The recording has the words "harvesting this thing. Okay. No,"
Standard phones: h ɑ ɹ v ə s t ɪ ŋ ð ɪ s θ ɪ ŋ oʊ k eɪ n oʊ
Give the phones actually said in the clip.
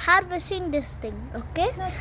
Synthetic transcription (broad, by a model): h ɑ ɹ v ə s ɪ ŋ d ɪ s t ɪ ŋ oʊ k eɪ